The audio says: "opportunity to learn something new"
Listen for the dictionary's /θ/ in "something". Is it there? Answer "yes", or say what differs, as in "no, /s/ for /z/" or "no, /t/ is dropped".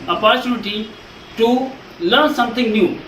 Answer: no, /t/ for /θ/